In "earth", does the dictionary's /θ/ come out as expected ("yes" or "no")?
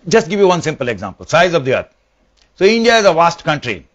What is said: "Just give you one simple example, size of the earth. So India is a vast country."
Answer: no